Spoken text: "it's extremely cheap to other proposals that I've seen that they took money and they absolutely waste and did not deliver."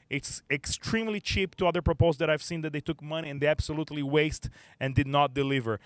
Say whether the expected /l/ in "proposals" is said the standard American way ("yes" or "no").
no